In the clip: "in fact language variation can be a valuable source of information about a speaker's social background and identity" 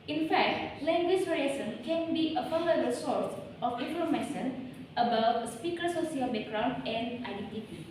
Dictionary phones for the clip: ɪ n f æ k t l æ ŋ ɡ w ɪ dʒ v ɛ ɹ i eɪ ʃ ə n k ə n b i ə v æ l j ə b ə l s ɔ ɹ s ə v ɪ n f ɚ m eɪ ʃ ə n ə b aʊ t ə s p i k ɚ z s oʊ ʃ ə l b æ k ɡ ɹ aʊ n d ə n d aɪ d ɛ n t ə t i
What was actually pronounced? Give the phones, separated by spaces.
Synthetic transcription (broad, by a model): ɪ n f æ k t l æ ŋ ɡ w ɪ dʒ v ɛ ɹ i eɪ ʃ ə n k ə n b i ə f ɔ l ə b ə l s ɔ ɹ s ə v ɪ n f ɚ m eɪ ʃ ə n ə b aʊ t s p i k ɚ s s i ə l b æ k ɡ ɹ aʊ n d ə n d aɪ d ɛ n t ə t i